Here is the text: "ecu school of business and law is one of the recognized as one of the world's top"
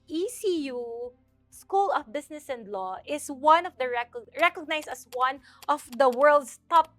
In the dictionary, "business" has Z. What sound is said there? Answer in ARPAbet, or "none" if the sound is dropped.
S